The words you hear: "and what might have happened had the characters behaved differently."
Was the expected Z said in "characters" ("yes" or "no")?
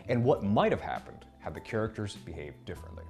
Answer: yes